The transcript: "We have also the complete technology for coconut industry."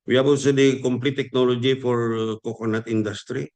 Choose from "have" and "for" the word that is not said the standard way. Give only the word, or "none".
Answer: have